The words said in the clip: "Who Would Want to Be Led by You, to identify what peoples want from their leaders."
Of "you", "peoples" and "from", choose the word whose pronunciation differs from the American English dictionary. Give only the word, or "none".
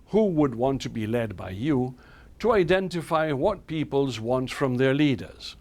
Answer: none